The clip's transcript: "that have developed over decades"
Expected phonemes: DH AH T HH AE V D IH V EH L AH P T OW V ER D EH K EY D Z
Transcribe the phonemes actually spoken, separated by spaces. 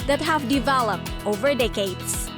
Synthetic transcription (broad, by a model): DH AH T HH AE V D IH V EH L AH P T OW V ER D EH K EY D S